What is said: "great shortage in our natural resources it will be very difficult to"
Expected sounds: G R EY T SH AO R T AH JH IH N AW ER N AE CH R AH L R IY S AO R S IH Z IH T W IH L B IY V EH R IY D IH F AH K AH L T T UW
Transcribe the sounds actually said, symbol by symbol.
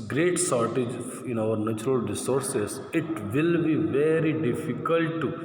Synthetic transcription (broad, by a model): G R EY T S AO R T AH JH IH N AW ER N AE CH R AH L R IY S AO R S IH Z IH T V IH L B IY V EH R IY D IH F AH K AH L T T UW